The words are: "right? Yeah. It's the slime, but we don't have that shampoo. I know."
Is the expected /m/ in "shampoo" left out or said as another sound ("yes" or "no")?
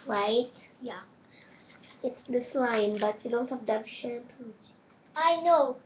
yes